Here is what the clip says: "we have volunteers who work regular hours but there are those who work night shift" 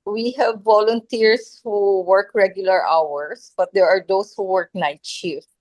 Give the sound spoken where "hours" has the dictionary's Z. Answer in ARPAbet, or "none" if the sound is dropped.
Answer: S